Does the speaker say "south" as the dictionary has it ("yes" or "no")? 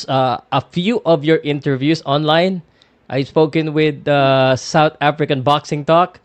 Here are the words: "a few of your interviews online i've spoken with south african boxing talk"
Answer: no